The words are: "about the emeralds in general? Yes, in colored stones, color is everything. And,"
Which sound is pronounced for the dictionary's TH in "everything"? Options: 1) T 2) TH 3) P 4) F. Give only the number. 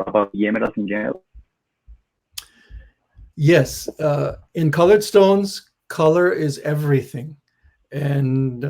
2